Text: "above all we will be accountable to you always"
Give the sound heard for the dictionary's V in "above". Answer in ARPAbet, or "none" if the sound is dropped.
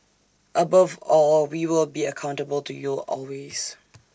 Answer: V